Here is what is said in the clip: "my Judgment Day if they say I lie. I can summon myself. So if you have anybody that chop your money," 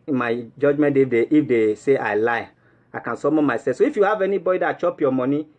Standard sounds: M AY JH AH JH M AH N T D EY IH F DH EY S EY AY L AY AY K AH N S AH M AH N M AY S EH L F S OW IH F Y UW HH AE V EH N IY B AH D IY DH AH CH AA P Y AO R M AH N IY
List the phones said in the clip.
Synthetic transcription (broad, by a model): M AY JH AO JH M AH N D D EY IH F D EY S EY AY L AY AY K AH N S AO M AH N M AY S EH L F S OW IH F Y UW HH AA V EH N IY B AH D IY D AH CH AA P Y AO M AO N IY